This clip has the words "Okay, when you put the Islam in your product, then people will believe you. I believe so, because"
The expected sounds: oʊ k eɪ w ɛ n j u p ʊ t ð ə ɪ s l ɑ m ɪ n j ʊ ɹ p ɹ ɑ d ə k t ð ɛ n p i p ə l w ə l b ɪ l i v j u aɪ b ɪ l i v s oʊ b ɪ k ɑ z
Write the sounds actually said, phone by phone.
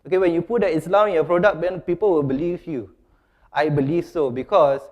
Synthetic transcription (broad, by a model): oʊ k eɪ w ɛ n j u p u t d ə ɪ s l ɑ ɪ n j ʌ p ɹ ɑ d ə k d ɛ n p i p ə l w ə l b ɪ l i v j u aɪ b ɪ l i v s oʊ b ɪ k ɑ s